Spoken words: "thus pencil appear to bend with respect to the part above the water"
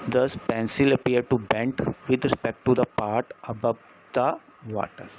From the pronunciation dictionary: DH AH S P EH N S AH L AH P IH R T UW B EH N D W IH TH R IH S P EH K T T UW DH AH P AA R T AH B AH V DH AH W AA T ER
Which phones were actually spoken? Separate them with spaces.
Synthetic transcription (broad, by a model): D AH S P EH N S AH L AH P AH R T UW B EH N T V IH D R IH S P EH K T T UW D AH P AA R T AH B AH V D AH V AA T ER